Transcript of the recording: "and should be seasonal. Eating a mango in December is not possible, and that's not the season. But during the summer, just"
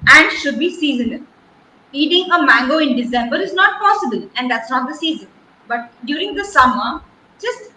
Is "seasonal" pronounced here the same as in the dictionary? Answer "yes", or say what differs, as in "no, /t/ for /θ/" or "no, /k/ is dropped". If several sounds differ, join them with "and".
no, /n/ is dropped and /n/ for /l/